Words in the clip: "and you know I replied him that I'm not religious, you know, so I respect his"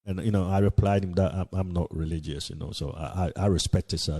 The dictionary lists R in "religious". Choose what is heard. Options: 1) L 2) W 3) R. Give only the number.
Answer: 3